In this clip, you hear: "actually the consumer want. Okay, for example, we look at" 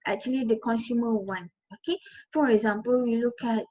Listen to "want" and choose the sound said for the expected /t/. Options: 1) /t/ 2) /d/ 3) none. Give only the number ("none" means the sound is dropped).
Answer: 3